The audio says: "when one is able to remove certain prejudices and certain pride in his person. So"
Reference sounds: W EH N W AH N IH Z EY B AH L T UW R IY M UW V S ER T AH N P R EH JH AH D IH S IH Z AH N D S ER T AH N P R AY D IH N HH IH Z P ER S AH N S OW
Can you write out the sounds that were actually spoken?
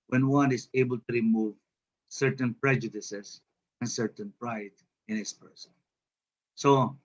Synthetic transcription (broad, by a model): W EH N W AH N IH Z EY B AH L T UW R IY M UW V S ER T AH N P R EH JH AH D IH S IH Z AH N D S ER T AH N P R AY D IH N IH S P ER S AH N S OW